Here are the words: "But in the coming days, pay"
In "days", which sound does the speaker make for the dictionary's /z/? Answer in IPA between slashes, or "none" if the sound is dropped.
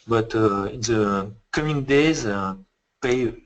/z/